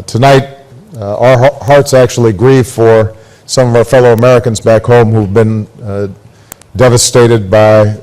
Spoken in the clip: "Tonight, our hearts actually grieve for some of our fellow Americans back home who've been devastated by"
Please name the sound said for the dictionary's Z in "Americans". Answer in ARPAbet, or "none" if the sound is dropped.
Z